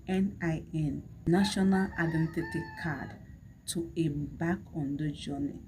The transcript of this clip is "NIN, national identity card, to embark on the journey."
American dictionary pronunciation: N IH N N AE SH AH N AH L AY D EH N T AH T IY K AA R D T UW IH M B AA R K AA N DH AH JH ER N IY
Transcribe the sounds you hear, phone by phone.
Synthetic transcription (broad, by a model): N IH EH N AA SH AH N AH L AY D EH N T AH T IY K AA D T UW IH B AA K AA N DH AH JH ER N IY